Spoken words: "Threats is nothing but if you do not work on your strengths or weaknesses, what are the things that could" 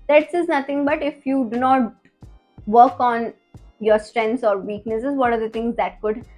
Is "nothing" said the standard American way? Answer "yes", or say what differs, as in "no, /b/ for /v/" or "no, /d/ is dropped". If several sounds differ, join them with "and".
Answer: no, /t/ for /θ/